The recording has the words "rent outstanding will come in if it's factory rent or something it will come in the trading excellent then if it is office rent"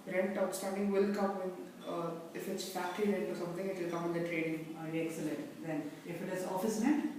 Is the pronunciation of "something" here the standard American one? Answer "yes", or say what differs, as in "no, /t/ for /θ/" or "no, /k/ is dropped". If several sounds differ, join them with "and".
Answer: no, /t/ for /θ/